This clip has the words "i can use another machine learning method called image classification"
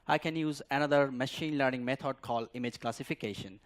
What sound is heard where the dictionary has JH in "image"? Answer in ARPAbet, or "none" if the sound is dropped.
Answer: JH